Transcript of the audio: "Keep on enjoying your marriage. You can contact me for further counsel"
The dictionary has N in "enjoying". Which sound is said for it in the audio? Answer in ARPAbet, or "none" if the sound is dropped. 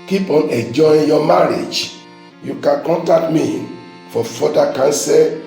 none